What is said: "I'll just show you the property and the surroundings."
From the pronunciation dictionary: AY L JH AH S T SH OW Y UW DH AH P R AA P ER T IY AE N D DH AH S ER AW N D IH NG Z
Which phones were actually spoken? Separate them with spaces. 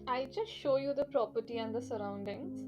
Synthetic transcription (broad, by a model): AY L JH AH S T SH OW Y UW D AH P R AA P ER T IY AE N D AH S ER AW N D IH NG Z